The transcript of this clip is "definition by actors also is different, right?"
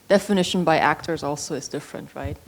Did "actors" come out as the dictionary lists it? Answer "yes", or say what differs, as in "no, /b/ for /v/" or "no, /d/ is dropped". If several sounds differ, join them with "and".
yes